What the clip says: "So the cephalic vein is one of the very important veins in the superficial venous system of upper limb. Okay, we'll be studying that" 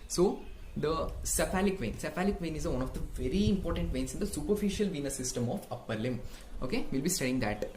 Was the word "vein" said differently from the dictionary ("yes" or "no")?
no